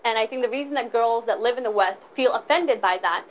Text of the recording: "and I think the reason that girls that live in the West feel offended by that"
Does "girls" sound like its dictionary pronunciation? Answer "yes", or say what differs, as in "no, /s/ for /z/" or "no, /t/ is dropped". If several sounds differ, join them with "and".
yes